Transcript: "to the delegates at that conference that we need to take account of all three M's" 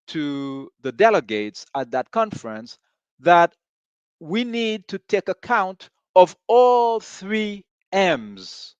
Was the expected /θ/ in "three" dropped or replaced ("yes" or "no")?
no